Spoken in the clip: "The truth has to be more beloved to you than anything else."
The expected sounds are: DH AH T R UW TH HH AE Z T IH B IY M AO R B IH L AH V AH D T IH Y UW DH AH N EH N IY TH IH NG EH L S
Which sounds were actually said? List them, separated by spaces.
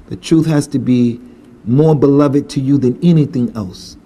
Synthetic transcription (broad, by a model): DH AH T R UW TH HH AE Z T IH B IY M AO R B IH L AH V AH D T IH Y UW DH AH N EH N IY TH IH NG EH L S